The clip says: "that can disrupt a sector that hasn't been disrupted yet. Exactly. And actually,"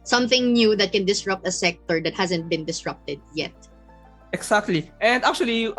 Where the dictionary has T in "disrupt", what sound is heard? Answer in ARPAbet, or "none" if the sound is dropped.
T